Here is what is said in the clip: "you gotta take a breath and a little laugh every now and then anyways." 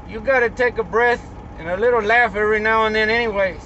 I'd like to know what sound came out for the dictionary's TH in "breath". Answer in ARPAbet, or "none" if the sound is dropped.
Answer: TH